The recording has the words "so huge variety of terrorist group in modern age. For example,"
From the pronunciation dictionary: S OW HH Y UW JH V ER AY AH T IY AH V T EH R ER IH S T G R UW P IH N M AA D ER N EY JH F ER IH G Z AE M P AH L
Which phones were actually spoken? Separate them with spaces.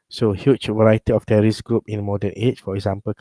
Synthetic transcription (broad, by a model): S OW HH Y UW CH V ER AY AH T IY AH F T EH R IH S G R UW P IH N M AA D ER N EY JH F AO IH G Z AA M P AH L